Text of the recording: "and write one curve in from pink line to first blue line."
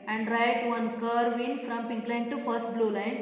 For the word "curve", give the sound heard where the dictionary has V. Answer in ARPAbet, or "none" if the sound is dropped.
V